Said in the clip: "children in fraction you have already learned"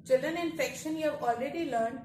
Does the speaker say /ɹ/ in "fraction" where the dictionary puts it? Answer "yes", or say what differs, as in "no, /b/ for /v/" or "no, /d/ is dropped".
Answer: no, /ɹ/ is dropped